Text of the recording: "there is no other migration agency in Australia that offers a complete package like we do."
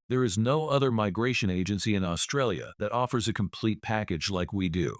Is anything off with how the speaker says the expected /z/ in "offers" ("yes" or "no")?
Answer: no